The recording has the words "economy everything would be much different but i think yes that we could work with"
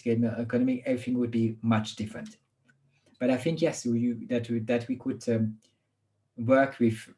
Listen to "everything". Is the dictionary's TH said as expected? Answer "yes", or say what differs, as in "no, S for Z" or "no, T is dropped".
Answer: yes